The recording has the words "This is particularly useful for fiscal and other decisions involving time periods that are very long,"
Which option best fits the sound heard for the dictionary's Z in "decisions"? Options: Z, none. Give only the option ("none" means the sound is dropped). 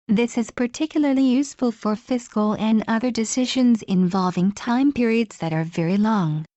Z